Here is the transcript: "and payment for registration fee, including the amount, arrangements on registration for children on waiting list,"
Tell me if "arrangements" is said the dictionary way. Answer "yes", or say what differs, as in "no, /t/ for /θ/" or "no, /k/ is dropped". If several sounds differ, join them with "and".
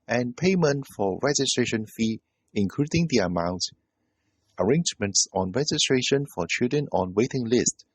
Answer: yes